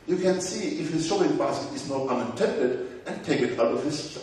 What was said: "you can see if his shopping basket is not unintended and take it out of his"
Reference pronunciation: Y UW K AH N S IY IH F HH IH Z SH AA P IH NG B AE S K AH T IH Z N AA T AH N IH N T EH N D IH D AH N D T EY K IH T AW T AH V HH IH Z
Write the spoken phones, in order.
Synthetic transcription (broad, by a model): Y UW K AH N S IY IH F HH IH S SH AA IH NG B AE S AH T IH Z N AA T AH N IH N T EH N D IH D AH N T EY K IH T AW T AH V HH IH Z